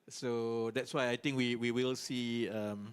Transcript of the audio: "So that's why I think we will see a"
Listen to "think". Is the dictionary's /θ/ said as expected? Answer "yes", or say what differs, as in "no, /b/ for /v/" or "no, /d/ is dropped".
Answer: no, /t/ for /θ/